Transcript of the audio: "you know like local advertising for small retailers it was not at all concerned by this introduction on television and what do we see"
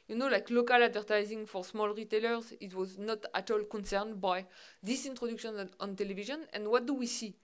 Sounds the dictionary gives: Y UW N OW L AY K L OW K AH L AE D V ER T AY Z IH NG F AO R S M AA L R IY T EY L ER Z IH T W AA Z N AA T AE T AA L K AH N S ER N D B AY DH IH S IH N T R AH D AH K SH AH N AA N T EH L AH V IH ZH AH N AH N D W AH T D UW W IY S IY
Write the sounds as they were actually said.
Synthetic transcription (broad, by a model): Y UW N OW L AY K L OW K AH L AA D V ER T AY Z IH NG F AO R S M AA L R IY T EY L ER Z IH T W AA Z N AA T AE T AA L K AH N S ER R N B AY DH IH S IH N T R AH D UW K SH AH N AA N T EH L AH V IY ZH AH N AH N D W AH T D UW W IY S IY